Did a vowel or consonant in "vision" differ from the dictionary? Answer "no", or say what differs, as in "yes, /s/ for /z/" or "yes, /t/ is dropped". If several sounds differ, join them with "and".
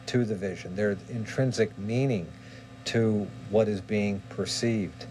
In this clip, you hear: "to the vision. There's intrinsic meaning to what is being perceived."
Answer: no